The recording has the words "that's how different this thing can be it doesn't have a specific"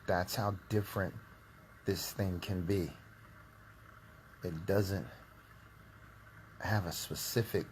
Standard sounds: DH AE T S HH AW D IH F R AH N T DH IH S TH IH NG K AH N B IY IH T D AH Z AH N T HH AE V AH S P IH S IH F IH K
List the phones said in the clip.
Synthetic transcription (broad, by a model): DH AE T S HH AW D IH F R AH N DH IH S TH IH NG K AH N B IY IH T D AH Z AH N T HH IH V AH S P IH S IH F IH K